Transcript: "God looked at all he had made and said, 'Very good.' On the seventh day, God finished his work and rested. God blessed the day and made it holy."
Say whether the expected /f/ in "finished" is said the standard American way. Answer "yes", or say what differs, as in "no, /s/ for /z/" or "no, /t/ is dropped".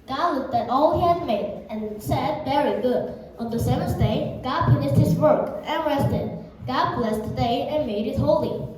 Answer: no, /p/ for /f/